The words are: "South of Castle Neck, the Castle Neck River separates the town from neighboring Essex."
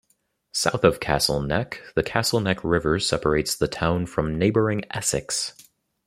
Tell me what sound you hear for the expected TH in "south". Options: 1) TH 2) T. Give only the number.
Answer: 1